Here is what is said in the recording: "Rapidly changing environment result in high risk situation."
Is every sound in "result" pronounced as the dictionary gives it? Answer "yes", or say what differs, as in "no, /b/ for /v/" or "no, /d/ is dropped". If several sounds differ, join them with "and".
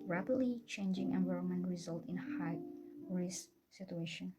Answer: yes